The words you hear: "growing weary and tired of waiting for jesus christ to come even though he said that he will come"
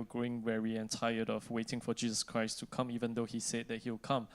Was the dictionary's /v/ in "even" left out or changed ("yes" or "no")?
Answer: no